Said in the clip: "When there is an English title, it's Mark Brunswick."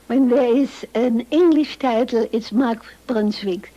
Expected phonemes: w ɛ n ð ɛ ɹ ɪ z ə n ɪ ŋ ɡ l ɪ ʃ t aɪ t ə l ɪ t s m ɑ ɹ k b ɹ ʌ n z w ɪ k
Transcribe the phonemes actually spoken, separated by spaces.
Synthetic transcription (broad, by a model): w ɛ n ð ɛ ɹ ɪ z ə n ɪ ŋ ɡ l ɪ ʃ t aɪ t l ɪ t s m ɑ ɹ k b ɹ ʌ n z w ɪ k